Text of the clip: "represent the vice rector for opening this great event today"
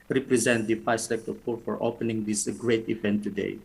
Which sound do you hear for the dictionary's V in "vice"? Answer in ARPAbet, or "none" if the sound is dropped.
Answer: F